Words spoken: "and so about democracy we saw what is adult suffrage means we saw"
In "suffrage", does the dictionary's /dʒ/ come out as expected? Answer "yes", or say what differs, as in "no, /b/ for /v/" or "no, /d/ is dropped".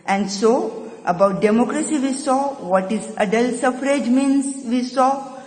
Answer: yes